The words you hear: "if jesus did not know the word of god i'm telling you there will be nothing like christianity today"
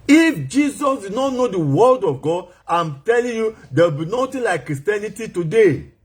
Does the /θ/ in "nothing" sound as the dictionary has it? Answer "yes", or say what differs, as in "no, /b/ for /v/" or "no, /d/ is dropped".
no, /t/ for /θ/